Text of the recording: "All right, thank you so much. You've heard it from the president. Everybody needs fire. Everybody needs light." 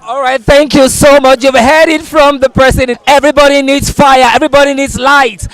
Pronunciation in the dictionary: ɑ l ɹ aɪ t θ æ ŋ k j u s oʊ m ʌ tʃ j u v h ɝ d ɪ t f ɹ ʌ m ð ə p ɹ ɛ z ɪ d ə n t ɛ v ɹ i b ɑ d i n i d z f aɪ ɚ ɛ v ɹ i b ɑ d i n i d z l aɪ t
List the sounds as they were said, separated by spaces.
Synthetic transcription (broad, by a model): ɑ l ɹ aɪ t θ æ ŋ k j u s oʊ m ʌ tʃ j u v h ɝ d ɪ t f ɹ ʌ m ð ə p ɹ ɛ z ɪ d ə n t ɛ v ɹ i b ɑ d i n i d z f aɪ ɚ ɛ v ɹ i b ɑ d i n i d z l aɪ t